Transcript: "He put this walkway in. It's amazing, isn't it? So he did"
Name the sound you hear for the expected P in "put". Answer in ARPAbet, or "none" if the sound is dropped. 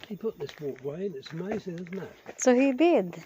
P